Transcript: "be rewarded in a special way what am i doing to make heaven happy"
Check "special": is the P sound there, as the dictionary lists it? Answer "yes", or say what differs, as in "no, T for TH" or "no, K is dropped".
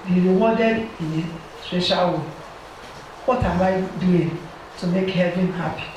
no, P is dropped